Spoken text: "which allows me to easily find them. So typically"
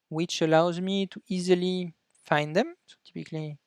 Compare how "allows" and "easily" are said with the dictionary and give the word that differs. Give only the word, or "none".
none